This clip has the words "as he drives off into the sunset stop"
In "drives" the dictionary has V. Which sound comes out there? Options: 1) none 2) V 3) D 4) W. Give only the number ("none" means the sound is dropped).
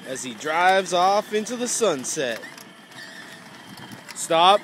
2